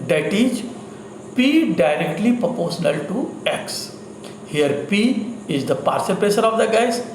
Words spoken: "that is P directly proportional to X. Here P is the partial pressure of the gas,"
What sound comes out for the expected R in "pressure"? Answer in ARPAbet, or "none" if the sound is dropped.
none